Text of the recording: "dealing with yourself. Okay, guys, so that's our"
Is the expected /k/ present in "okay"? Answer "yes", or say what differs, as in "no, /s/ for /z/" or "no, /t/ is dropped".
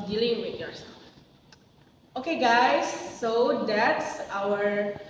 yes